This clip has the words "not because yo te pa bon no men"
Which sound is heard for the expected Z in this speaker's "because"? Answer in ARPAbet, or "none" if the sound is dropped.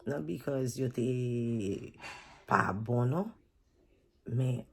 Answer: Z